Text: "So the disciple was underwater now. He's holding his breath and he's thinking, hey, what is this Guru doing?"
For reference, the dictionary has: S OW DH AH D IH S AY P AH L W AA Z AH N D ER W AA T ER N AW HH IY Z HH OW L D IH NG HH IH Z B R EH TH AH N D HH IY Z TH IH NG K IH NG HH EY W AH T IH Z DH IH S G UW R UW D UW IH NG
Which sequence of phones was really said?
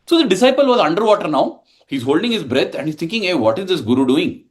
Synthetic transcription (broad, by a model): S OW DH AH D IH S AY P AH L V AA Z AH N D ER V AA T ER N AW HH IY Z HH OW L D IH NG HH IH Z B R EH T AH N D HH IY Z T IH NG K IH NG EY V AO T IH Z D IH S G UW R UW D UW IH NG